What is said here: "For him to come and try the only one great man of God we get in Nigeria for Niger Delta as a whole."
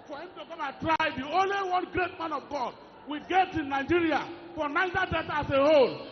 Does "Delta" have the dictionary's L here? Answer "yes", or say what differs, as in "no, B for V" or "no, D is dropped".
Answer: no, L is dropped